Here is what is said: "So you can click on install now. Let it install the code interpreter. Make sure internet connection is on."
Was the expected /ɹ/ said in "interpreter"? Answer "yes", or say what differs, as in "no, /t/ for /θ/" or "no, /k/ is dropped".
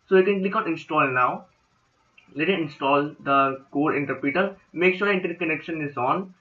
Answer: no, /ɹ/ is dropped